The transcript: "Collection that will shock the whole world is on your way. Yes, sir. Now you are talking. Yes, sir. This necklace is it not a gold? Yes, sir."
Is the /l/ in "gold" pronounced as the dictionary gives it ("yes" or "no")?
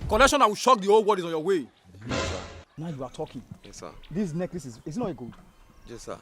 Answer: no